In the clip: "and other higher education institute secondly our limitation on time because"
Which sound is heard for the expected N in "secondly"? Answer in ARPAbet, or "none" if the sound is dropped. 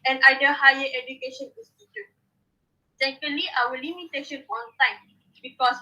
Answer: none